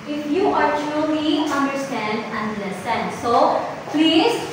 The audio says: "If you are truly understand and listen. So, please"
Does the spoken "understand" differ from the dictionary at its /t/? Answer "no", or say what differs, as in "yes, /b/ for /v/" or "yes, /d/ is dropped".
no